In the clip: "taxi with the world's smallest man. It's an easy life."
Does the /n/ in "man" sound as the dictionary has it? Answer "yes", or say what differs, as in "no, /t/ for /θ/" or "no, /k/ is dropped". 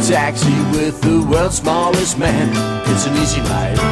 yes